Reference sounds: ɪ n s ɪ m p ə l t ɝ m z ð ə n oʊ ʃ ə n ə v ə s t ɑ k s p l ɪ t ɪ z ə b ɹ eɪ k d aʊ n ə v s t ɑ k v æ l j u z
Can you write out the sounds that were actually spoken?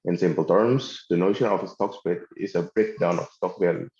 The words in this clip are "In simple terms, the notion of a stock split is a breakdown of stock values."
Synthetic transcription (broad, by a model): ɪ n s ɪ m p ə l t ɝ m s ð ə n oʊ ʃ ə n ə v ə s t ɑ k s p ɪ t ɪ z ə b ɹ eɪ k d aʊ n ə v s t ɑ k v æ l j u